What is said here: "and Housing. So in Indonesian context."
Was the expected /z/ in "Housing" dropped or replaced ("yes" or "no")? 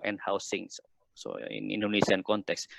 yes